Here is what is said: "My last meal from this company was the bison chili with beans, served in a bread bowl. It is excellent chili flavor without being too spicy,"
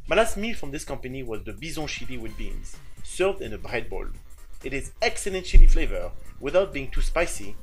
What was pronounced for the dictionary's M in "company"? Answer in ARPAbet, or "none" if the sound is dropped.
M